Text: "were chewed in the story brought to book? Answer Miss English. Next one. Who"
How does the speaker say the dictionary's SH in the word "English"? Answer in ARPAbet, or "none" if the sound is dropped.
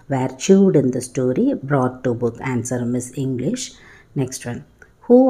SH